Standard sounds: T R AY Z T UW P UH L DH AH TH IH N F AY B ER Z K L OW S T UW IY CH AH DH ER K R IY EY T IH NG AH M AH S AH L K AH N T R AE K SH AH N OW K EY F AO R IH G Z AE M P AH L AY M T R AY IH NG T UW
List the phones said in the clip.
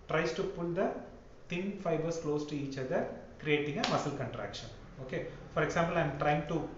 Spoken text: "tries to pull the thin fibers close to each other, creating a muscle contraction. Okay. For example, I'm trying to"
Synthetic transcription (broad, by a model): T R AY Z T UW P UH L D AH T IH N F AY B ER S K L OW S T UW IY CH AH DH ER K R IY EY T IH NG AH M AH S AH L K AH N T R AE K SH AH N OW K EY F AO R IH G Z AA M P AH L AY M T R AY IH NG T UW